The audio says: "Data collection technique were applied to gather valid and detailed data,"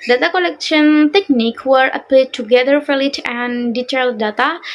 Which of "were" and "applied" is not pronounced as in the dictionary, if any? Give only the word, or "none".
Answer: applied